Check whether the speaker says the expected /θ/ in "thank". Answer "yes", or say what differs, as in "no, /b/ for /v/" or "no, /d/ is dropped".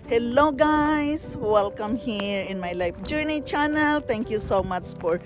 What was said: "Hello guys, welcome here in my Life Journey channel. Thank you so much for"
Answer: no, /t/ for /θ/